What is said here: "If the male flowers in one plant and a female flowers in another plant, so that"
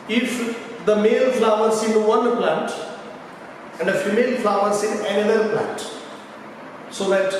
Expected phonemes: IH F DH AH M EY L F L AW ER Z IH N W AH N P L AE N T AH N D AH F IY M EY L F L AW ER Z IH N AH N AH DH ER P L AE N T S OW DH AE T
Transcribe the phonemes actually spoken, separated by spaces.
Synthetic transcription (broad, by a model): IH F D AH M EY L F L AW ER S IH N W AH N P L AE N T AH N D AH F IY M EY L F L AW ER S IH N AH AH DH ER P L AE N T S OW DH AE T